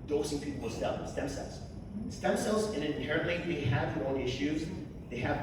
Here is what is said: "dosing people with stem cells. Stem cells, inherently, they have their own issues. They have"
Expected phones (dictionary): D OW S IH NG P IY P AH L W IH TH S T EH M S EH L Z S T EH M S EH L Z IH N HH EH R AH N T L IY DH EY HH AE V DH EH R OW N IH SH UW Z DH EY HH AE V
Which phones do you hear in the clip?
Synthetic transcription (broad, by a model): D OW S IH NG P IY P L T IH S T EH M S EH L Z S T EH M S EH L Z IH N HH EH R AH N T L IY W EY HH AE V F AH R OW L IH SH UW Z DH EY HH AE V